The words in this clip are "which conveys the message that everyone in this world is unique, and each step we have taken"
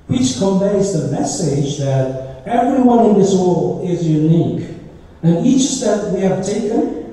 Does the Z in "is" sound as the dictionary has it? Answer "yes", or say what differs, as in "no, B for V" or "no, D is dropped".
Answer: yes